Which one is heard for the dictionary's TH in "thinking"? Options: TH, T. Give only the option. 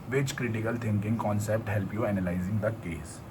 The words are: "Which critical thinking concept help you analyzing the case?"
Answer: T